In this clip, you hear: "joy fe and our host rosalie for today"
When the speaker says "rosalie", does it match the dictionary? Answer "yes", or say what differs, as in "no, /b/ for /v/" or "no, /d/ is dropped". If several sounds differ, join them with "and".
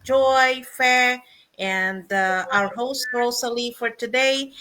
no, /s/ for /z/